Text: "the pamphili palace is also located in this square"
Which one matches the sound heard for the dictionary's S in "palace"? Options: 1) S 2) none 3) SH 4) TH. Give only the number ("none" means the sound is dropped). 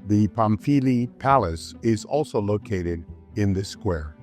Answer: 1